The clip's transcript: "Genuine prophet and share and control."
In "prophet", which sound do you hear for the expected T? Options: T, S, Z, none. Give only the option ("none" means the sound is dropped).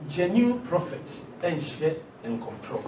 T